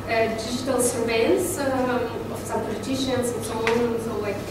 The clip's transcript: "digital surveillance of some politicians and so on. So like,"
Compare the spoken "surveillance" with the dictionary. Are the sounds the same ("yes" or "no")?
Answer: no